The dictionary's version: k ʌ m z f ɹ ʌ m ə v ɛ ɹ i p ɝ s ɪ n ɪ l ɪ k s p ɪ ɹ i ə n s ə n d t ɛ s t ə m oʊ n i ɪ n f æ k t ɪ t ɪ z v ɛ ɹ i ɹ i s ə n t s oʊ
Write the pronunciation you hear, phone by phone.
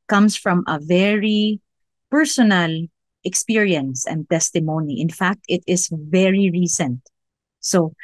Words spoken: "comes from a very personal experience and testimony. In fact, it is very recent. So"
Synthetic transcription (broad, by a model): k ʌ m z f ɹ ʌ m ə v ɛ ɹ i p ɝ s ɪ n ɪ l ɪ k s p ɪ ɹ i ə n s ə n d t ɛ s t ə m oʊ n i ɪ n f æ k t ɪ t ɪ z v ɛ ɹ i ɹ i s ə n t s oʊ